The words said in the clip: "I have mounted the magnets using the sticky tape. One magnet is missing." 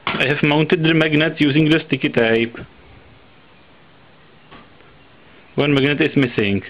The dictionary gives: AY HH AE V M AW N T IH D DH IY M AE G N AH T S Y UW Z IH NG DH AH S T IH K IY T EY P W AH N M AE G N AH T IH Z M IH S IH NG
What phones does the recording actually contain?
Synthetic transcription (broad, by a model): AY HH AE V M AW N T IH D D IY M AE G N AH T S Y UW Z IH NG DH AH S T IH K IY T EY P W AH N M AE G N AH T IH S M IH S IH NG